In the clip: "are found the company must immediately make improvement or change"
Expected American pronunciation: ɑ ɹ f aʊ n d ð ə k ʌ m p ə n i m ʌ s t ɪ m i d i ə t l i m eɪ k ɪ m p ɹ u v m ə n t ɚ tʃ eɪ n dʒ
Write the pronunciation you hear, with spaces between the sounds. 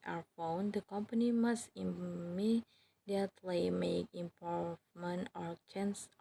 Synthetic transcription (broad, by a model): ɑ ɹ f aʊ n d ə k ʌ m p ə n i m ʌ s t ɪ m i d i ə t l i m eɪ k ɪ m p ɔ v m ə n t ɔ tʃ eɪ n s